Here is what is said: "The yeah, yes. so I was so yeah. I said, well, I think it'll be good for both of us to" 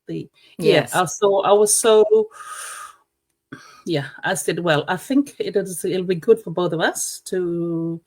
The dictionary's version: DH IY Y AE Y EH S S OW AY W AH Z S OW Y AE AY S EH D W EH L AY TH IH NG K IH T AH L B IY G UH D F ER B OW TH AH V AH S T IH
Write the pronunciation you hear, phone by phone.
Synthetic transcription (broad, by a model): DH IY Y AE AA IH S S OW AY W AH Z S OW Y AE AY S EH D W EH L AY TH IH NG K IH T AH L B IY G UH D F ER B OW TH AH V AH S T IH